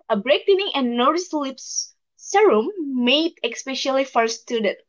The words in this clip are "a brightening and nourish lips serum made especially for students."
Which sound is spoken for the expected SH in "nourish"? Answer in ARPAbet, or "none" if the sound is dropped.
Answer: S